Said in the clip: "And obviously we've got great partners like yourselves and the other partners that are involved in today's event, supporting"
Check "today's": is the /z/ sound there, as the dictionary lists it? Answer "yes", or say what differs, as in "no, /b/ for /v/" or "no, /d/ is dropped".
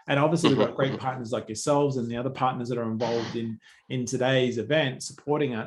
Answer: yes